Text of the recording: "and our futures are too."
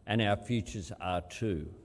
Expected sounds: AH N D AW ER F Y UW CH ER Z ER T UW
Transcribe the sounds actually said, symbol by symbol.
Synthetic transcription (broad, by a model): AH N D AW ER F Y UW CH ER Z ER T UW